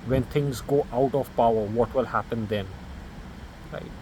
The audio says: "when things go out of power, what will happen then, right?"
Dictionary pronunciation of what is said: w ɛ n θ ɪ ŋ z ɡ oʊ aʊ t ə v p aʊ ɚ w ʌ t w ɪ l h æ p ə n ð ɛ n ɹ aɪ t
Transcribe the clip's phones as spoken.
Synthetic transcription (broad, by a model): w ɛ n θ ɪ ŋ z ɡ oʊ aʊ t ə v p aʊ ɚ w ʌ t w ɪ l h æ p ə n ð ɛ n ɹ aɪ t